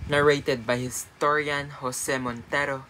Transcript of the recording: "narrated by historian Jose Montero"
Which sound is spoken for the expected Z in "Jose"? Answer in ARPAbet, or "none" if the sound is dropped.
S